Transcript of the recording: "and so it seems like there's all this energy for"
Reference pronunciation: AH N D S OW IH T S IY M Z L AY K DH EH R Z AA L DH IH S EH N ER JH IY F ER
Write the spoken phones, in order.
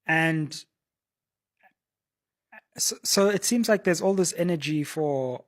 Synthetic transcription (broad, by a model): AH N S S OW IH T S IY M Z L AY K DH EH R Z AA L DH IH S EH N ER JH IY F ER